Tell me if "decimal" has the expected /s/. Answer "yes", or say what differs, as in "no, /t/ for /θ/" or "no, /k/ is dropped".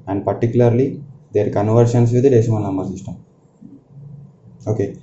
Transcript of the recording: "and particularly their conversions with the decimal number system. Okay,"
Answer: no, /s/ is dropped